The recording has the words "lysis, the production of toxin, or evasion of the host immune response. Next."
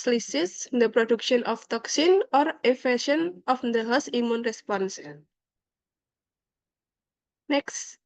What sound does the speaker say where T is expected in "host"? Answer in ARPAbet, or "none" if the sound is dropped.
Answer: none